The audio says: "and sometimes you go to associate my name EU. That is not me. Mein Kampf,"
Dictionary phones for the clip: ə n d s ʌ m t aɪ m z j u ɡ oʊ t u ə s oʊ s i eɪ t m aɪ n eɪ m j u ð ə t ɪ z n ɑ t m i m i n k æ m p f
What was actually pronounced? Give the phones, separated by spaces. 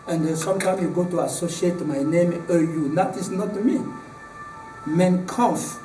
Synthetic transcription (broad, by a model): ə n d s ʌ m t aɪ m j u ɡ oʊ t u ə s oʊ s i eɪ t m aɪ n eɪ m j u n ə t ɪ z n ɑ t m i m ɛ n k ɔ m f